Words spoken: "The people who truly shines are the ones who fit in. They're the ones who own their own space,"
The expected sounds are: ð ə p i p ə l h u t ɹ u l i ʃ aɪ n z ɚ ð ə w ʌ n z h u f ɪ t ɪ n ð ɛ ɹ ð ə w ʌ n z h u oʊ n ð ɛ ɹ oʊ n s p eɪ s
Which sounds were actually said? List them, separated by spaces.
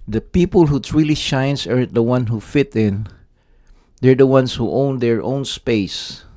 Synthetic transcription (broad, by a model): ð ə p i p ə l h u t ɹ u l i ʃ aɪ n s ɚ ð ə w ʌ n h u f ɪ t ɪ n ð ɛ ɹ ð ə w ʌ n s h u oʊ n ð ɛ ɹ oʊ n s p eɪ s